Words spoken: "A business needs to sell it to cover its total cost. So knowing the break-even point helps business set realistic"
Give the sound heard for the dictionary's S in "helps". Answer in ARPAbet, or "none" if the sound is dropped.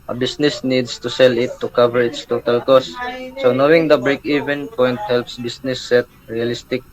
S